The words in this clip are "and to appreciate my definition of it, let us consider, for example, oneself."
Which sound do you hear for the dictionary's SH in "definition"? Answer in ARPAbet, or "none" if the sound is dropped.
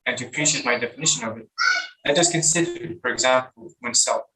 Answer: SH